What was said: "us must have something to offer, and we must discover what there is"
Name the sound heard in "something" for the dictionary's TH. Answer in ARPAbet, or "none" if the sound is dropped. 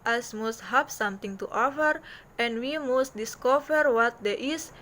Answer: T